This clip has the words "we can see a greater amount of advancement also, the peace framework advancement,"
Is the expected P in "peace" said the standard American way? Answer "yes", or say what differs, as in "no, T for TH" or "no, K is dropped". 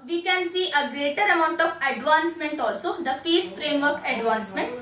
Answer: no, F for P